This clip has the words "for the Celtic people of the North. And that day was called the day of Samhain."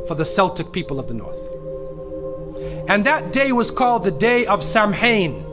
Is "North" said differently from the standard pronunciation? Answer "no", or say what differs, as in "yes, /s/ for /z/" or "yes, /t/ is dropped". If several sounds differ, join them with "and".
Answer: no